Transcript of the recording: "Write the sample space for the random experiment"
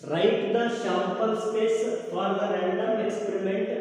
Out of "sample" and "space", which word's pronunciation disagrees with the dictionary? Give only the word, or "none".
sample